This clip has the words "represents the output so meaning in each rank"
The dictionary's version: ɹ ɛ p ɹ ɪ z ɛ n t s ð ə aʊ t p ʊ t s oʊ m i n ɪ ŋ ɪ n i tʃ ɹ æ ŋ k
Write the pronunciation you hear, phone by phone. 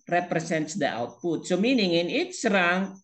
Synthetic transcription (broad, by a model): ɹ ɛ p ɹ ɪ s ɛ n t s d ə aʊ t p ʊ t s oʊ m i n ɪ ŋ ɪ n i s ɹ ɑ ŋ